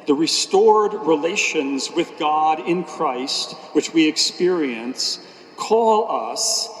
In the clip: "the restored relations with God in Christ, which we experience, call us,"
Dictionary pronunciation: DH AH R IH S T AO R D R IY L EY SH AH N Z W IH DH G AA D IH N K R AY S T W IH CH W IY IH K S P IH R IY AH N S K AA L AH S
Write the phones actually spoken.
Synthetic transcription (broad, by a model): DH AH R IH S T AO R D R IY L EY SH AH N Z W IH DH G AA D IH N K R AY S T W IH CH W IY IH K S P IH R IY AH N S K AA L AH S